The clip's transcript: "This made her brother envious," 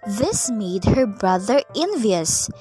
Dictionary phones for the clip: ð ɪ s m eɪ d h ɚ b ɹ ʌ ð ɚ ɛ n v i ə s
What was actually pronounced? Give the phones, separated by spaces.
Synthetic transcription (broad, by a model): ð ɪ s m eɪ d h ɚ b ɹ ʌ ð ɚ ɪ n v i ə s